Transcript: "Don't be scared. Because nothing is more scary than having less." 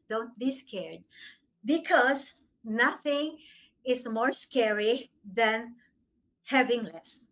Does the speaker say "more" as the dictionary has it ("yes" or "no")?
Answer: yes